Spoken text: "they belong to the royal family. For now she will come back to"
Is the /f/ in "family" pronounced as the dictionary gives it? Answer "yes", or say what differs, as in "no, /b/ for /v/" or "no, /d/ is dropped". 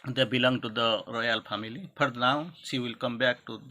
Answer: no, /p/ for /f/